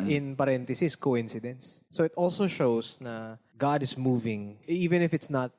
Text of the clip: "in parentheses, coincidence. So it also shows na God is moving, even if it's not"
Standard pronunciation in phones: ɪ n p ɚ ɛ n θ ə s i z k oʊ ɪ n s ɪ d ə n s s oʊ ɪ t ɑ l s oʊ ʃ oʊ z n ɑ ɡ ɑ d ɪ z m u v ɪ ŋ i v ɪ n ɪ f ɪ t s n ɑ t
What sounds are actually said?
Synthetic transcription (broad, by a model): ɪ n p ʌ ɛ n t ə s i s k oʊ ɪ n s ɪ d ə n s s oʊ ɪ t ɑ l s oʊ ʃ oʊ s n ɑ ɡ ɑ d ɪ s m u v ɪ ŋ i v ɪ n ɪ f ɪ t s n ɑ t